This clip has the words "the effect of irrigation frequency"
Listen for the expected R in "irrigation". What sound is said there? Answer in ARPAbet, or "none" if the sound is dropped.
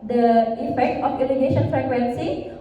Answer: L